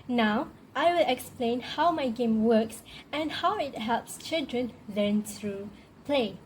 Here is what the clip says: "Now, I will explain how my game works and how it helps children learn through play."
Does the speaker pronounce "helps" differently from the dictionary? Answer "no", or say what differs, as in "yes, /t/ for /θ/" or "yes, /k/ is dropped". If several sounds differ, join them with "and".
no